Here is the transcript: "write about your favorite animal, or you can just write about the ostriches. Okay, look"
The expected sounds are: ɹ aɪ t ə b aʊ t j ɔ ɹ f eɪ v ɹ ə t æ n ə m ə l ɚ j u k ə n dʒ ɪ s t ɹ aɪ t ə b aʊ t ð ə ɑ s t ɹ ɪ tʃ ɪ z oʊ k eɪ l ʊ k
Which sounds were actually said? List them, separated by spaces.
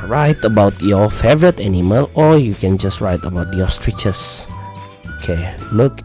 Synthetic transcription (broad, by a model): ɹ aɪ t ə b aʊ t j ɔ f eɪ v ɹ ə t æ n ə m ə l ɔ j u k ə n dʒ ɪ s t ɹ aɪ t ə b aʊ t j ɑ s t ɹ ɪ tʃ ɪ s oʊ k eɪ l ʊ k